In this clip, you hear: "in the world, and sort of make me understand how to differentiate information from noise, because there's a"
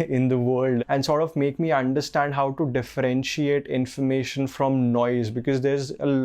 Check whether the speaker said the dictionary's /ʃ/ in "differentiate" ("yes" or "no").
yes